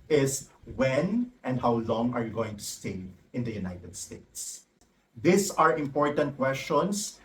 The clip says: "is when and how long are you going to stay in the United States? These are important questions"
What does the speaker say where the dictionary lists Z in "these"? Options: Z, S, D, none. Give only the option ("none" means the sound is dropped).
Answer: S